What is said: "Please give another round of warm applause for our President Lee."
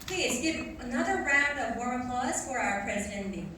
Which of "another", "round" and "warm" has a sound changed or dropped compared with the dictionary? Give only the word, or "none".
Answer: warm